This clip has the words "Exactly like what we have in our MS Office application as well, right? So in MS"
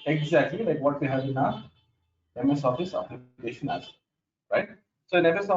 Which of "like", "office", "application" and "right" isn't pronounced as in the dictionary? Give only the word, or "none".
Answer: application